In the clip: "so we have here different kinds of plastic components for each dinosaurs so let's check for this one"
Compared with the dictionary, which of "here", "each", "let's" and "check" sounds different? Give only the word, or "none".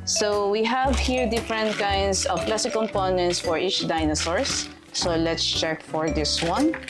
none